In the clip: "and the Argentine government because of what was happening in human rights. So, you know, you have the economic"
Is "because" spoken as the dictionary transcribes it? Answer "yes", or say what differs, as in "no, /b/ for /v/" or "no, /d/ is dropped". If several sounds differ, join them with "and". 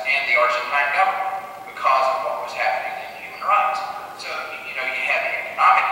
yes